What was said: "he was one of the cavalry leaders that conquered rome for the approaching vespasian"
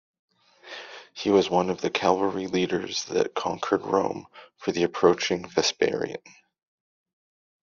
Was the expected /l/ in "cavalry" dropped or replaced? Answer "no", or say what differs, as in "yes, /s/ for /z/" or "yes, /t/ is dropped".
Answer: yes, /l/ is dropped